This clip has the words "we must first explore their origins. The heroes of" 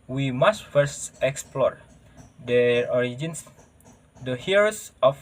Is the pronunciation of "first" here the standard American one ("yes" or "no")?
yes